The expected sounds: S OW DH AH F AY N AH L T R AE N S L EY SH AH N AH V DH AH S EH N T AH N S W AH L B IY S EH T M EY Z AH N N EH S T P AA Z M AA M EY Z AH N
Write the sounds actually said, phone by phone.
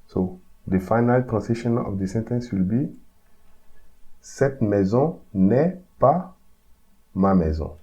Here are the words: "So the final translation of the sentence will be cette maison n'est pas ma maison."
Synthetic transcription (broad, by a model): S OW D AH F AY N AH L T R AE S EY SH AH N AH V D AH S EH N T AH N S W AH L B IY S EH T M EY Z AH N N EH P AA M AA M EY Z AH